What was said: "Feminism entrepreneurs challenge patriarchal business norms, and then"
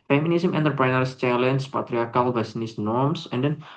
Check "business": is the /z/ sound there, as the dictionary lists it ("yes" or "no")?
no